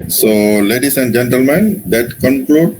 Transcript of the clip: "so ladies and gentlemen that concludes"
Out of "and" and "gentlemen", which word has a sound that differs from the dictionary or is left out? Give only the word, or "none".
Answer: none